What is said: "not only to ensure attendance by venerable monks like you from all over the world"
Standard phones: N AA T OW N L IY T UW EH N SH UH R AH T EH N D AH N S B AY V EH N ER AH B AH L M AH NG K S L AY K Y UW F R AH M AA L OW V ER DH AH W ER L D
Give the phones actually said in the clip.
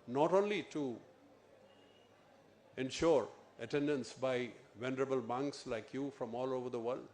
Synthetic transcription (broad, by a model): N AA T OW N L IY T UW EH N SH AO R AH T EH N D AH N S B AY V EH N ER AH B AH L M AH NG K S L AY K Y UW F R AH M AA L OW V ER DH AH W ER L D